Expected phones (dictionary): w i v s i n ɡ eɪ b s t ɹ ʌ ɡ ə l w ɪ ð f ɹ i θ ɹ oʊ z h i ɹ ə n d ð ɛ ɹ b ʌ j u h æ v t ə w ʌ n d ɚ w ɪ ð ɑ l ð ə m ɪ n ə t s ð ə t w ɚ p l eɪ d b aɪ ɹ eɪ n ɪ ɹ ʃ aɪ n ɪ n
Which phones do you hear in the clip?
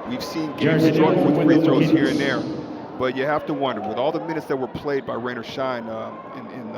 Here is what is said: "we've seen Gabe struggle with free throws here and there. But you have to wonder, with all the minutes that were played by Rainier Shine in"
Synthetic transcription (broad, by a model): w i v s i n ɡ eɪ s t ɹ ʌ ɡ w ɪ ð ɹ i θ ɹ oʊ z h i ɹ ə n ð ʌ ɹ b ʌ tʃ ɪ h æ f t ə w ʌ n d ɚ w ɪ ð ɑ l ð ə m ɪ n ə t s ð ə t w ɚ p l eɪ d b aɪ ɹ eɪ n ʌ ɹ ʃ aɪ n ɪ n